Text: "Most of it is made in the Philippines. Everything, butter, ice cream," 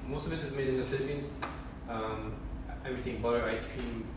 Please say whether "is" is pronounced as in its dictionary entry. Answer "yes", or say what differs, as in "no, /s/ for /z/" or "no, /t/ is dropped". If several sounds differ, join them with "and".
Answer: yes